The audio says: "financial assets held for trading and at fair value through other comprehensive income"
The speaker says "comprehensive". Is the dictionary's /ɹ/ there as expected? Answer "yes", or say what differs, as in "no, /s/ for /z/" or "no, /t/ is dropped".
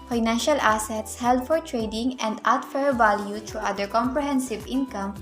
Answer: yes